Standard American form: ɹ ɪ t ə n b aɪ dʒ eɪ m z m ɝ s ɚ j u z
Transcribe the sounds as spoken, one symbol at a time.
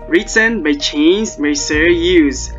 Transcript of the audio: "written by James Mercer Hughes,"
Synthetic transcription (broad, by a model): ɹ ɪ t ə n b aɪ tʃ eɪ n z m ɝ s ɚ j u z